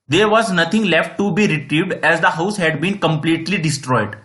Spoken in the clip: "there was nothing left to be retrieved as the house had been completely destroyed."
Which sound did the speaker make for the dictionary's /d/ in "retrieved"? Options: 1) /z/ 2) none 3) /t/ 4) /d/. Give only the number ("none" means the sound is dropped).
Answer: 4